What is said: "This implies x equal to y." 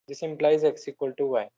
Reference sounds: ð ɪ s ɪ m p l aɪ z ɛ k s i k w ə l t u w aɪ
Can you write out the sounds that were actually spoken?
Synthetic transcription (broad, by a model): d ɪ s ɪ m p l aɪ z ɛ k s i k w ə l t u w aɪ